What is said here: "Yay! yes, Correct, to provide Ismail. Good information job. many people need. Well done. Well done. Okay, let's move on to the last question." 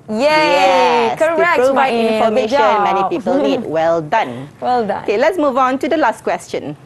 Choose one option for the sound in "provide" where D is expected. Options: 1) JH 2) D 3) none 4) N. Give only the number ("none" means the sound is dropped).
3